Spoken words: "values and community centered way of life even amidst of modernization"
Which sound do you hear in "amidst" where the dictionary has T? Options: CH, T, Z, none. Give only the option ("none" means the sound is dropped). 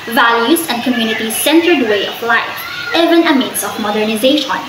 none